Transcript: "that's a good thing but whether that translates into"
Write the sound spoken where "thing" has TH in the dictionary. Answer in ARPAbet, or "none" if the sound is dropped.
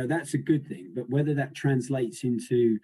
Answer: TH